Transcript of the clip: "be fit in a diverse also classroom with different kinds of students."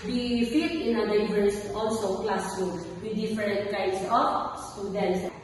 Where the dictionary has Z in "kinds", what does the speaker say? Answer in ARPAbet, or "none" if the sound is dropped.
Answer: S